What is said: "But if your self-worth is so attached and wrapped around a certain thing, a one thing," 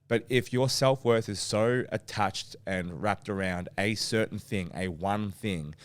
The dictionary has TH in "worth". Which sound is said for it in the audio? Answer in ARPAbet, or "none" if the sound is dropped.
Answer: TH